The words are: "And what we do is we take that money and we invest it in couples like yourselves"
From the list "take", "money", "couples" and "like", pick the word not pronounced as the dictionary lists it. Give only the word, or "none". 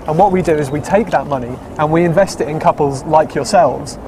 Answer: none